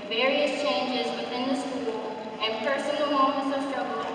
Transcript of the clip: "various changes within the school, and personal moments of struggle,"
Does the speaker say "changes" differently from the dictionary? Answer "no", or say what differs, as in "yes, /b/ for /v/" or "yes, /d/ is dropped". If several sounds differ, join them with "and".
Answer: no